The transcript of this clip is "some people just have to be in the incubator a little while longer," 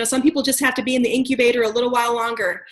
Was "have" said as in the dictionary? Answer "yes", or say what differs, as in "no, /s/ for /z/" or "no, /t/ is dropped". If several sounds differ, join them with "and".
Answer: no, /f/ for /v/